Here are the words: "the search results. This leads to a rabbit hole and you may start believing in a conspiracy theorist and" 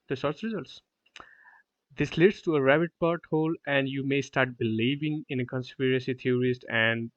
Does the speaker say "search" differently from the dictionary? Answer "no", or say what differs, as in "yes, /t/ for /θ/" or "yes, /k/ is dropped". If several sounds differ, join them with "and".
yes, /s/ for /tʃ/